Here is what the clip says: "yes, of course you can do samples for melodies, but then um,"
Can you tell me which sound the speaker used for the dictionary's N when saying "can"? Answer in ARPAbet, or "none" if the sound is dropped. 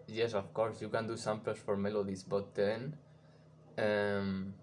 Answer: N